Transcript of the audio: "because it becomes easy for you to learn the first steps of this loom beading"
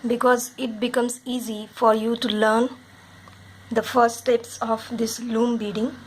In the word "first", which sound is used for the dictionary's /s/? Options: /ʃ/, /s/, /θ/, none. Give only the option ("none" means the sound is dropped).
none